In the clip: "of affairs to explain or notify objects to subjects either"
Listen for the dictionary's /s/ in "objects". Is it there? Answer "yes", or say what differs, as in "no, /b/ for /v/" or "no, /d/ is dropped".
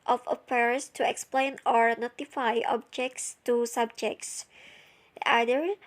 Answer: yes